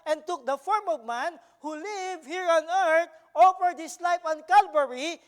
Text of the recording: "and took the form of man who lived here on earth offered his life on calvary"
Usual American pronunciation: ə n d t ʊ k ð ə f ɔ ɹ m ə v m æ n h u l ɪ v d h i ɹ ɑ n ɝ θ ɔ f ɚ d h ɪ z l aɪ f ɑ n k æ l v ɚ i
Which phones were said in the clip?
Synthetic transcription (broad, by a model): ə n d t ʊ k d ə f ɔ ɹ m ə v m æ n h u l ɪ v h i ɹ ɑ n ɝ t ɔ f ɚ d h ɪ s l aɪ f ɑ n k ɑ l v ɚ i